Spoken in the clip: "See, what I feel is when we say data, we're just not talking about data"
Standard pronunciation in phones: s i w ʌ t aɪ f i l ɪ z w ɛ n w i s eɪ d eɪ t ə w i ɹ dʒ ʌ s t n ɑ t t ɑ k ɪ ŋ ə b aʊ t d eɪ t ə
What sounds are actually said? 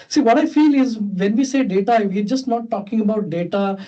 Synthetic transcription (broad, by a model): s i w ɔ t aɪ f i l ɪ z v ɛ n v i s eɪ d eɪ t ə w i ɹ dʒ ʌ s t n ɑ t t ɑ k ɪ ŋ ə b aʊ t d eɪ t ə